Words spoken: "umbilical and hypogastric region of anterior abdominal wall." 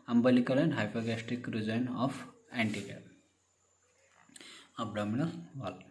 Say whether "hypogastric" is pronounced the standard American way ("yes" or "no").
no